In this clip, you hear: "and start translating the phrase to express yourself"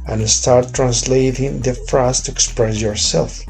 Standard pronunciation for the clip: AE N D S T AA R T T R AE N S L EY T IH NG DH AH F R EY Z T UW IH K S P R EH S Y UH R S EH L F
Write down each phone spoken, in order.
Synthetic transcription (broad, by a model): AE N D S T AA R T T R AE N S L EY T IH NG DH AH F R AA S T UW IH K S P R EH S Y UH R S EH L F